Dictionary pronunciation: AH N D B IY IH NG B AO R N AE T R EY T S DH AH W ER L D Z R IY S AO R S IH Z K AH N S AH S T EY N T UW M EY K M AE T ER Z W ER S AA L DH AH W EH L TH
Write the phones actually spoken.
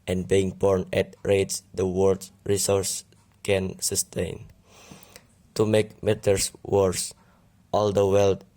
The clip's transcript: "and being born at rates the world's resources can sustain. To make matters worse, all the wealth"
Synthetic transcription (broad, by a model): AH N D B IY IH NG B AO R N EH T R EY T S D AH W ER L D R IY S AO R S K AH N S AH S T EY N T UW M EY K M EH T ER S W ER S AA L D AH W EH L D